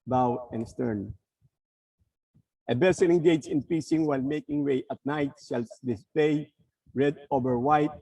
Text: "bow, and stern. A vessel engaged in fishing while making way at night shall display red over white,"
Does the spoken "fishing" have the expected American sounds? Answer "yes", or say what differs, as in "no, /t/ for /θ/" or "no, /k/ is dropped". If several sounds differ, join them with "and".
no, /p/ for /f/ and /s/ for /ʃ/